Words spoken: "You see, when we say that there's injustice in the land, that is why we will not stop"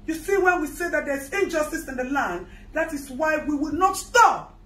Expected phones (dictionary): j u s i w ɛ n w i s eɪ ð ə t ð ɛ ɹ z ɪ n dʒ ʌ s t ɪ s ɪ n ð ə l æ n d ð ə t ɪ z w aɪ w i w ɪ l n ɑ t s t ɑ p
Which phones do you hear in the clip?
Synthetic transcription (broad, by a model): j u s i w ɛ n w i s eɪ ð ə t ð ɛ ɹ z ɪ n dʒ ʌ s t ɪ s ɪ n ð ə l æ n d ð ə t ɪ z w aɪ w i w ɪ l n ɑ t s t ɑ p